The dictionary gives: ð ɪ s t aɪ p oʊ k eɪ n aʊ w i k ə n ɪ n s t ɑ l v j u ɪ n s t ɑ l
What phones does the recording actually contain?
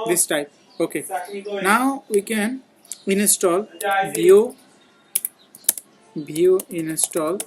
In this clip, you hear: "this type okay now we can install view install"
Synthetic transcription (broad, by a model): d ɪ s t aɪ p oʊ k eɪ n aʊ w i k ə n ɪ n s t ɑ l b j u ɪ n s t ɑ l